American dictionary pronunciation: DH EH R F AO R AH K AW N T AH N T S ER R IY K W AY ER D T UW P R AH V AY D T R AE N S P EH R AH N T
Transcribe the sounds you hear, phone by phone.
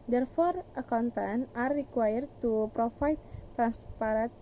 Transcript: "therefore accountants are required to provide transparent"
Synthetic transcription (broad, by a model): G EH R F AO R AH K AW N T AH N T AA R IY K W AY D T UW P R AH F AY T R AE N S P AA R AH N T